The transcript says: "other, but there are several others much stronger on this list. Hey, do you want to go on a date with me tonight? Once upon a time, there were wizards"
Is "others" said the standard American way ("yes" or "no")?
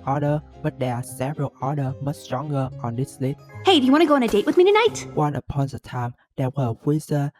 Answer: no